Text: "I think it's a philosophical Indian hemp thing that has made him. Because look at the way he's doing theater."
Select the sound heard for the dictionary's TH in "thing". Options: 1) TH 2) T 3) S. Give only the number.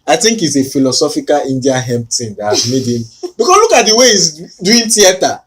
2